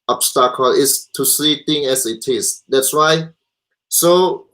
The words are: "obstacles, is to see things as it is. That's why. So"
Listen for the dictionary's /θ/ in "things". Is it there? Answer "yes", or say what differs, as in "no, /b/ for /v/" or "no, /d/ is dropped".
no, /t/ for /θ/